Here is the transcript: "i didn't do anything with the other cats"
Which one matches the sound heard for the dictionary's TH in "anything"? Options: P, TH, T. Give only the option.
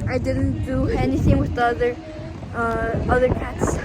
TH